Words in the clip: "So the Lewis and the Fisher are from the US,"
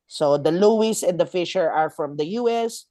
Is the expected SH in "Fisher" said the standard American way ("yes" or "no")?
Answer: yes